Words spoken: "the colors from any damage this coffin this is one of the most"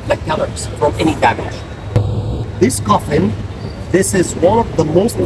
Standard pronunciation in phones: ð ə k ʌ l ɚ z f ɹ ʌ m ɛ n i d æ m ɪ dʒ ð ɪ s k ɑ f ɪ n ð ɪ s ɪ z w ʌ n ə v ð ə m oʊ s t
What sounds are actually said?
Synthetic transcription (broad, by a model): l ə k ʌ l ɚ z f ɹ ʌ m ɛ n i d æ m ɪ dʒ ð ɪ s k ɑ f ɪ n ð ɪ s ɪ z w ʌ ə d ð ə m oʊ s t